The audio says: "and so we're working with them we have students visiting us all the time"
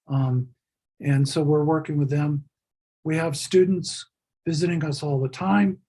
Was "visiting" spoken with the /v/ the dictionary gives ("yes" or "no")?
yes